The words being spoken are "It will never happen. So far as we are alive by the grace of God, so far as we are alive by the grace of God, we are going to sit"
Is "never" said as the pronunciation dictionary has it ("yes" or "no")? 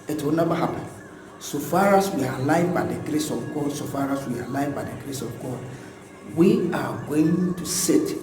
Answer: no